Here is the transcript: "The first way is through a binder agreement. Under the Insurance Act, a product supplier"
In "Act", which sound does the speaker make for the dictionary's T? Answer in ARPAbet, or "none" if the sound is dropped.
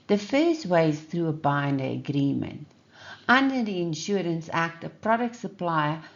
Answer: T